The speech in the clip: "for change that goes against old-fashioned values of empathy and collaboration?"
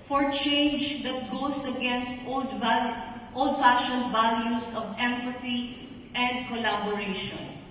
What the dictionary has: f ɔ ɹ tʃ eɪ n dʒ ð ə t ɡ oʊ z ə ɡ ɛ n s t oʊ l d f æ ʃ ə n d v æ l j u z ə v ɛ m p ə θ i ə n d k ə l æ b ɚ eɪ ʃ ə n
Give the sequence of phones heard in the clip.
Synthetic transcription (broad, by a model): f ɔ ɹ tʃ eɪ n dʒ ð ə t ɡ oʊ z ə ɡ ɛ n s t oʊ l d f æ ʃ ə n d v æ l j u s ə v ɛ m p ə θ i ə n d k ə l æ b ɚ eɪ ʃ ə n